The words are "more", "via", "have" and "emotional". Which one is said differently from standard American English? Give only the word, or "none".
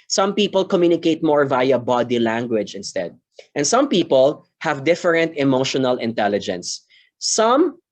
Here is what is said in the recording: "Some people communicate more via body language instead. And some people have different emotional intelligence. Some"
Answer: none